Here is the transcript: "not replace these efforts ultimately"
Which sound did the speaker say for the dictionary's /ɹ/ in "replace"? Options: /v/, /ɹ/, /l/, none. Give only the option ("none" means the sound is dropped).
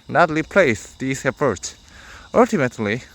/l/